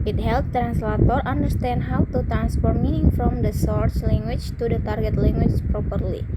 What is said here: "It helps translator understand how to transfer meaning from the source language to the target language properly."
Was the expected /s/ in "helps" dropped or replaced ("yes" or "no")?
yes